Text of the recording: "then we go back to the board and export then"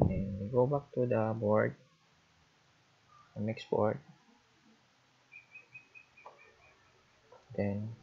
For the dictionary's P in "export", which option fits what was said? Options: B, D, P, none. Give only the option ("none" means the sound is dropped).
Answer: B